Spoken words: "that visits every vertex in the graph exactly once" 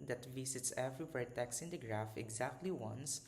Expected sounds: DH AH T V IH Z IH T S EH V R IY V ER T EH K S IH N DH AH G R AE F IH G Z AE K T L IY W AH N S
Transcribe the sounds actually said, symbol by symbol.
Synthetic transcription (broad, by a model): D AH T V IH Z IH T S EH V R IY W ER T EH K S IH N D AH G R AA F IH G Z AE K T L IY W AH N S